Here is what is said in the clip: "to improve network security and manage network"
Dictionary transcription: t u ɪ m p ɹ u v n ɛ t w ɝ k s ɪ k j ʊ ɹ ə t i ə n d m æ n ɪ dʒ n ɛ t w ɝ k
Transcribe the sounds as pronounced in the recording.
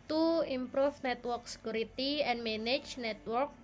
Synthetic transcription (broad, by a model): t u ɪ m p ɹ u f n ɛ t w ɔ k s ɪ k j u ɹ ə t i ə n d m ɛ n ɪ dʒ n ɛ t w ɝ k